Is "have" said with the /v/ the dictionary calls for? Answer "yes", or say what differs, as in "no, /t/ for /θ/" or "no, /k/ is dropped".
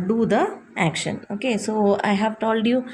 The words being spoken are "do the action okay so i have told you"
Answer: yes